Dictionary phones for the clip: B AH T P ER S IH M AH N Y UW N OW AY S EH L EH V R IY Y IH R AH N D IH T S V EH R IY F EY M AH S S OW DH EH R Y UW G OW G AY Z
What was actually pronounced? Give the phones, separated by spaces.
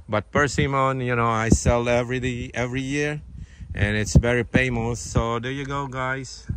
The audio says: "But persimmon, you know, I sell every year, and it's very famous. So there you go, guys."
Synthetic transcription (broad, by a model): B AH T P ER S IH M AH N Y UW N OW AY S EH L EH V R IY Y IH R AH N IH T S V EH R IY P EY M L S S OW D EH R Y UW G OW G AY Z